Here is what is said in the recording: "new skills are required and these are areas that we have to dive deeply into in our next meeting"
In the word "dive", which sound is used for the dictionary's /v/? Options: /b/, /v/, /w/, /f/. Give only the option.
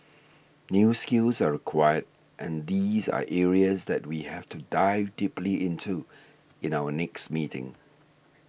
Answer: /v/